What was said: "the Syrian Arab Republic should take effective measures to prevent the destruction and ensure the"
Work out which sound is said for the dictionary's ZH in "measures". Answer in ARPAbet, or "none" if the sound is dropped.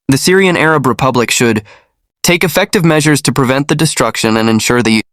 ZH